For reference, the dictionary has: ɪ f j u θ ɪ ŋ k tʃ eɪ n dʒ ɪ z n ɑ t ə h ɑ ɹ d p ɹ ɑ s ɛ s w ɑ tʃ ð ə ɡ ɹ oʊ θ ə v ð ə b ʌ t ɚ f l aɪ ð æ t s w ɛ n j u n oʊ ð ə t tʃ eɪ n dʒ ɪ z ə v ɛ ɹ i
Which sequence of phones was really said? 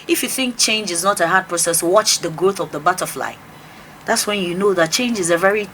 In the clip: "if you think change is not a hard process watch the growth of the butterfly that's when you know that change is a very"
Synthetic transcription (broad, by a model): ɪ f j u θ ɪ ŋ k tʃ eɪ n dʒ ɪ z n ɑ t ə h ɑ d p ɹ ɑ s ɛ s w ɑ tʃ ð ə ɡ ɹ oʊ θ ə v ð ə b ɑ t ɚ f l aɪ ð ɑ t s w ɛ n j u n oʊ ð ə t tʃ eɪ n dʒ ɪ z ə v ɛ ɹ i